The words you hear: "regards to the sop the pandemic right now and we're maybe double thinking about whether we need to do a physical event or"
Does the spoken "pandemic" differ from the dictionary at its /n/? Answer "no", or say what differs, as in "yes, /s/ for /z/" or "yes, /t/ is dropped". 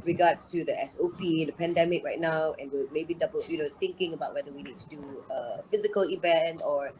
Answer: no